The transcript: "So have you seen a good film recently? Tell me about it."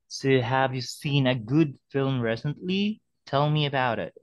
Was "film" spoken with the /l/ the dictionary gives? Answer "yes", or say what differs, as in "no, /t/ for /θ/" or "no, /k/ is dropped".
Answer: yes